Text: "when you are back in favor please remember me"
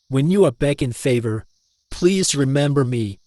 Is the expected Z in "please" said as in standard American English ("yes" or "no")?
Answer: yes